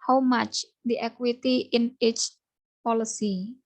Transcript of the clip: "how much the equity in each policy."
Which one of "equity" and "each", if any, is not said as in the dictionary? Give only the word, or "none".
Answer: none